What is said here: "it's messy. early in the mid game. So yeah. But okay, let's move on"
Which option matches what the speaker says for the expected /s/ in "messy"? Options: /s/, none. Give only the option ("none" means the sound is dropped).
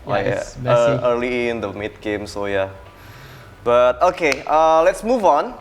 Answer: none